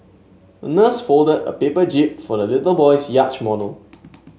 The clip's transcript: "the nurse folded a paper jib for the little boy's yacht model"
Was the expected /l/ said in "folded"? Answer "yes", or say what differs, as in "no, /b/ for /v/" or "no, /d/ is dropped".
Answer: yes